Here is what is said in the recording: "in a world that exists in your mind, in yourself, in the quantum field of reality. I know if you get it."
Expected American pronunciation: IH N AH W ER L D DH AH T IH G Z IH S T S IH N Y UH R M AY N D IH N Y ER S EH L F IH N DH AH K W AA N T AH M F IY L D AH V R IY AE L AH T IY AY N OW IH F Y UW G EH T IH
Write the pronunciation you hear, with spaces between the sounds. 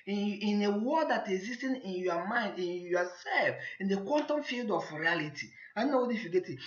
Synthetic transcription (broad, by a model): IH N AH W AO D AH T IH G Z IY S T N IH N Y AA M AY N D IH N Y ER S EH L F IH N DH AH K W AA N T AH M F IY L D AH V R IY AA L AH T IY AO N OW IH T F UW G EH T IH